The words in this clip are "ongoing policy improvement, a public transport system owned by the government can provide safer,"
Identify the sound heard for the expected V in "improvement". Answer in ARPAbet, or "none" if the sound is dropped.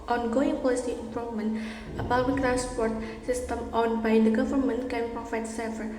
none